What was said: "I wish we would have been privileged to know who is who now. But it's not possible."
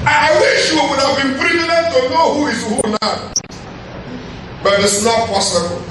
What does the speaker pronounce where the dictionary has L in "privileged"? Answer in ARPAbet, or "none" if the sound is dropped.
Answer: N